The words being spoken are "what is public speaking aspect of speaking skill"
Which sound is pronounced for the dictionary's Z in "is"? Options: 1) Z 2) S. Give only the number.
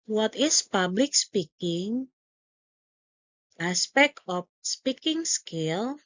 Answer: 2